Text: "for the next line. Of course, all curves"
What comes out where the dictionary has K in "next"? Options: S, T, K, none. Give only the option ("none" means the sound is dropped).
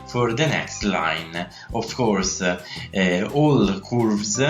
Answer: K